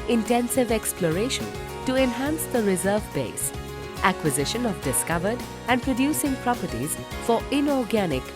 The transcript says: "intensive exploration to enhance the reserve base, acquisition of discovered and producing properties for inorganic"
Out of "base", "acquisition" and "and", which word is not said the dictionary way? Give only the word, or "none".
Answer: none